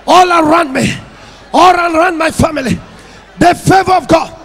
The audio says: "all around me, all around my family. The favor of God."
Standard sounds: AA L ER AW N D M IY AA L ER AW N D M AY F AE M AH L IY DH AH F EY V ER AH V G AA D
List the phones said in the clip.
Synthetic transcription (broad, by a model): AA L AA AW N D M IY AA L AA AW N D M AY F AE M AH L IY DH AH F EY V ER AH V G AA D